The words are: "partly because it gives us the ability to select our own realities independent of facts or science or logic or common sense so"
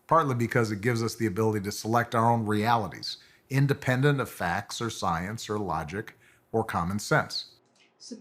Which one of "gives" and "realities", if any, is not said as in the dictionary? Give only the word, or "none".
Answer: none